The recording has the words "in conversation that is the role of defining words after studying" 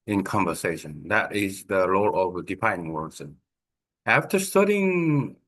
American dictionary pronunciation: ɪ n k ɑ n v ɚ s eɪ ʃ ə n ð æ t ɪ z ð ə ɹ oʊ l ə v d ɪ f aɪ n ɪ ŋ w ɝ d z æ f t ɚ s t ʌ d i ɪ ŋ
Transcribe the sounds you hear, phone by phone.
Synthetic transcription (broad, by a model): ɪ n k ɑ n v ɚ s eɪ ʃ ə n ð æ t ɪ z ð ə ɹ oʊ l ə v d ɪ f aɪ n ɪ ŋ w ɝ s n æ f t ɚ s t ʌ d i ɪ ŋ